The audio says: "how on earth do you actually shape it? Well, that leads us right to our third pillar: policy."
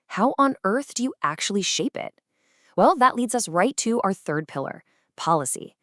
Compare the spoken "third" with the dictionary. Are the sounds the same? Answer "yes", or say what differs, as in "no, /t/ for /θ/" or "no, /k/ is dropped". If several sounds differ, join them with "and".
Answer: yes